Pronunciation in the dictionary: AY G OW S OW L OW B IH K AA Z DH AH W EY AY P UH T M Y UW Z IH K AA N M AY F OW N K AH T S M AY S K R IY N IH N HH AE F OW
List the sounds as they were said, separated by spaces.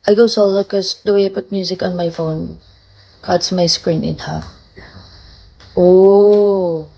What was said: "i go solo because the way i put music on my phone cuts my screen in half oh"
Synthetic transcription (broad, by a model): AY G OW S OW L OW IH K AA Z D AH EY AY P UH T M Y UW Z IH K AA N M AY F OW N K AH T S M AY S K R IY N IH N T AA OW